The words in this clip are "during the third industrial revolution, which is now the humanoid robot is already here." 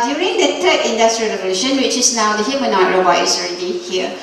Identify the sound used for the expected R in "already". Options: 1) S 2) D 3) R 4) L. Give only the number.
3